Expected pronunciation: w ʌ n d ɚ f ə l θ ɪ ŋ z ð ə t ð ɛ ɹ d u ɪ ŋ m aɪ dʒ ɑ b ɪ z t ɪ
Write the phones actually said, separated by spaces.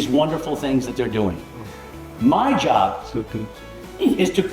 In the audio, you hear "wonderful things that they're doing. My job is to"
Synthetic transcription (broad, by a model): w ʌ n d ɚ f l θ ɪ ŋ z ð ə t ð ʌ ɹ d u ɪ ŋ m aɪ dʒ ɑ b ɪ z t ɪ